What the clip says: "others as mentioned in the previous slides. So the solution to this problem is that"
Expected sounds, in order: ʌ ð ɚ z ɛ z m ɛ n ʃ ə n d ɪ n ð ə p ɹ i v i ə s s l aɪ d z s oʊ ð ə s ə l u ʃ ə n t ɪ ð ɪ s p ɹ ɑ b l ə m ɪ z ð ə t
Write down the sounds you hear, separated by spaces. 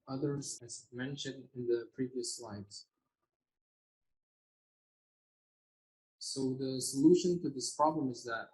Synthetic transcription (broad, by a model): ʌ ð ɚ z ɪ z m ɛ n ʃ ə n d ɪ n ð ə p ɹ i v i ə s s l aɪ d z s oʊ ð ə s ə l u ʃ ə n t ɪ ð ɪ s p ɹ ɑ b l ə m ɪ z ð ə t